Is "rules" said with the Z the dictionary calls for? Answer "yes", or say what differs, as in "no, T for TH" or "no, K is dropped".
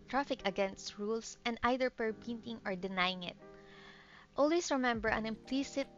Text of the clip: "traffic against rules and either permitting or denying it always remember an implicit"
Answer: no, S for Z